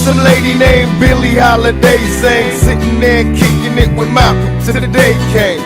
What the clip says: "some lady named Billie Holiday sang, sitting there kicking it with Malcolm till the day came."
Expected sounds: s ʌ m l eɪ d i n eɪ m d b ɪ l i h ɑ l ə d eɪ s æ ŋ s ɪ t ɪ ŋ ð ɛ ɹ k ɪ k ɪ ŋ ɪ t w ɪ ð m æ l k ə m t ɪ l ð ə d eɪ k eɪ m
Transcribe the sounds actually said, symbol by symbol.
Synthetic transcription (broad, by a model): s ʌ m l eɪ d i n eɪ m b ɪ l i h ɑ l ə d eɪ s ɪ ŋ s ɪ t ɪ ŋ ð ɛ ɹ k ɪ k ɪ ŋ ɪ t w ɪ ð m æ k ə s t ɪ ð d eɪ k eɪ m